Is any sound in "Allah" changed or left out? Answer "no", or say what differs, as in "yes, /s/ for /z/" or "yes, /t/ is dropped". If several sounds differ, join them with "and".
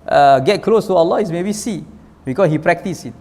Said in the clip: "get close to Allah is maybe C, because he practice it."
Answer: no